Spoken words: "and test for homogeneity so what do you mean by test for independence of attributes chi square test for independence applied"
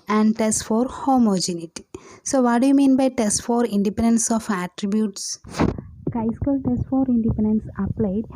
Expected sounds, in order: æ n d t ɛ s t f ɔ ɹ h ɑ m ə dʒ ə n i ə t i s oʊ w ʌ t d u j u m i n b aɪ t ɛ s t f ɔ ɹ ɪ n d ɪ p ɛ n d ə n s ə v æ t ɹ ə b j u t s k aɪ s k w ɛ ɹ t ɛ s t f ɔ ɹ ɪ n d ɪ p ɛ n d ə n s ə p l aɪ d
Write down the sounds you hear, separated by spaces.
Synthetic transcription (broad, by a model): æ n d t ɛ s t f ɔ ɹ h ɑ m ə dʒ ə n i t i s oʊ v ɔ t d u j u m i n b aɪ t ɛ s t f ɔ ɹ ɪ n d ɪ p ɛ n d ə n s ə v æ t ɹ ə b j u t s k aɪ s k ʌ l t ɛ s t f ɔ ɹ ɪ n d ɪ p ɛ n d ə n s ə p l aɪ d